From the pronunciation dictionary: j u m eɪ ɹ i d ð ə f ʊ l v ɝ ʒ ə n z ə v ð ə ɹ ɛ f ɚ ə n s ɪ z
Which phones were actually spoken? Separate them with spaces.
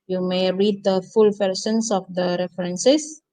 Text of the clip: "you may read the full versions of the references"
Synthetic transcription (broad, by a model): j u m eɪ ɹ i d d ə f ʊ l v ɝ s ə n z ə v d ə ɹ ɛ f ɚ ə n s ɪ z